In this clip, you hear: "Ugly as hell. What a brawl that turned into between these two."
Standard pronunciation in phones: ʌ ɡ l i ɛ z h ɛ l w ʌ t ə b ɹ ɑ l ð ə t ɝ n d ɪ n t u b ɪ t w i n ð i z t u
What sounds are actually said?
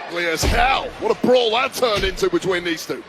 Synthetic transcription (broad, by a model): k l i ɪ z h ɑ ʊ w ʌ t ə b ɹ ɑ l ð ə t ɝ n ɪ n t u b ɪ t w i n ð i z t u